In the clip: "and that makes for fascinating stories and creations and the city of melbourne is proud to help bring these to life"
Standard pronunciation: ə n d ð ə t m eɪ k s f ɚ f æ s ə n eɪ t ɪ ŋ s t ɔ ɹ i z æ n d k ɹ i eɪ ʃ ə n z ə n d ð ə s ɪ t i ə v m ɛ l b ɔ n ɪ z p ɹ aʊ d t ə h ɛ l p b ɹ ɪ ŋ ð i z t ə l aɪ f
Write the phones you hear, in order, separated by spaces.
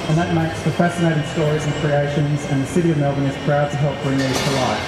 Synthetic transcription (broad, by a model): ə n ð ə t m eɪ k s p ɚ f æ s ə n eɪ t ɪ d s t ɔ ɹ i z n k ɹ i eɪ ʃ ə n z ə n ð ə s ɪ t i ə v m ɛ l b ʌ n ɪ z p ɹ aʊ d t ə h ɛ l p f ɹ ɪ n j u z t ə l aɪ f